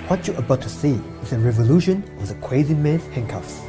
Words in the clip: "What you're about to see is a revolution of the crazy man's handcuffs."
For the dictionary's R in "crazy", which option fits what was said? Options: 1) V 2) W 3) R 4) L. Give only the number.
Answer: 2